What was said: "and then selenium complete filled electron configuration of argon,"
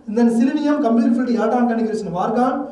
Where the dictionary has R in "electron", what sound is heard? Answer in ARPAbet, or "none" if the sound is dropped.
none